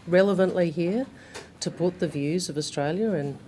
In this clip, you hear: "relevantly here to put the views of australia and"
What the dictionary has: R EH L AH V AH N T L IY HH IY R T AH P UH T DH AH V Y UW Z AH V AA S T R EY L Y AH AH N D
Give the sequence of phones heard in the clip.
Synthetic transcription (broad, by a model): R EH L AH V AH N T L IY HH IY R T AH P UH T DH AH V Y UW Z AH V AA S T R EY L Y AH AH N